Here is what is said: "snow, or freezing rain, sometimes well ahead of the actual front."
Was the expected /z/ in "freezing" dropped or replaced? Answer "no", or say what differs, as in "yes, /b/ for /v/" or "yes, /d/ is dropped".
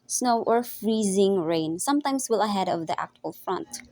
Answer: no